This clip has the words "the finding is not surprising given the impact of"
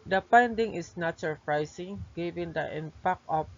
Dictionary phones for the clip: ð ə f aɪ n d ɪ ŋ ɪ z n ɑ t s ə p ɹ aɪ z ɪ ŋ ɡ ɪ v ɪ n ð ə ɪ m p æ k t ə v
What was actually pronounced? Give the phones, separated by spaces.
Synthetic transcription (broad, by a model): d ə p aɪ n d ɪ ŋ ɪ s n ɑ t s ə p ɹ aɪ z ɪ ŋ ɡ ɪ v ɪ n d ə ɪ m p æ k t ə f